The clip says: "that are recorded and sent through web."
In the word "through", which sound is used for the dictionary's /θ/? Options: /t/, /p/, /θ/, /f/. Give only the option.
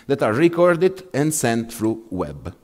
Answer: /f/